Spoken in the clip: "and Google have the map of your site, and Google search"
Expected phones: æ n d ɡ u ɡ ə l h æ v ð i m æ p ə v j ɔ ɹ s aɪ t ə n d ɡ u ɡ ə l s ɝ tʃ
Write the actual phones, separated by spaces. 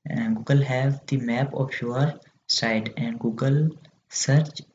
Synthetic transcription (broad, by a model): ɡ u ɡ ə l h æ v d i m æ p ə f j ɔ ɹ s aɪ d ə n d ɡ u ɡ ə l s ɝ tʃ